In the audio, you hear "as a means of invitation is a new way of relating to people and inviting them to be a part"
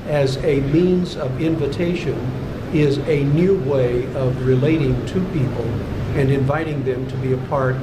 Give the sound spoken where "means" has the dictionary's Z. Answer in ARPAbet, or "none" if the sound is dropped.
Z